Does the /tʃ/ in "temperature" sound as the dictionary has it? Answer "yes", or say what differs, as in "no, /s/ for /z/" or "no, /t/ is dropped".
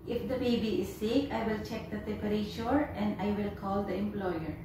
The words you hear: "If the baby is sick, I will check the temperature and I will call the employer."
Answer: no, /ʃ/ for /tʃ/